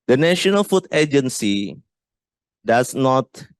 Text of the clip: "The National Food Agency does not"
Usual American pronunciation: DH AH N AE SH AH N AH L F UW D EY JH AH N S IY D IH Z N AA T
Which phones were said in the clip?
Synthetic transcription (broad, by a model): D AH N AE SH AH N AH L F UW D EY JH AH N S IY D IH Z N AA T